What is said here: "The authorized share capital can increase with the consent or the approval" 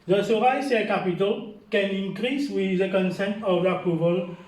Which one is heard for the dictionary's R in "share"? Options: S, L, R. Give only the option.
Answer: L